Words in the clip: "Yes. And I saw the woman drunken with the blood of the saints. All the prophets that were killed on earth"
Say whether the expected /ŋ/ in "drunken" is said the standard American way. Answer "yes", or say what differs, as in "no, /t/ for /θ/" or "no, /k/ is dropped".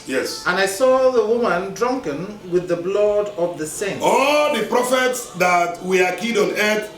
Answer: yes